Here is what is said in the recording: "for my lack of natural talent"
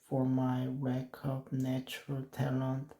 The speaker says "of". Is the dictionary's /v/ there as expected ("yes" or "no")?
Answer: no